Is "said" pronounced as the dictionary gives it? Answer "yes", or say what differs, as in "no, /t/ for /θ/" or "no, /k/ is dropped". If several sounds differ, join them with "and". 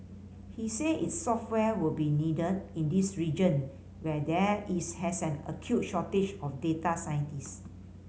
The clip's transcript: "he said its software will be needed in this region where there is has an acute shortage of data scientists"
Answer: no, /d/ is dropped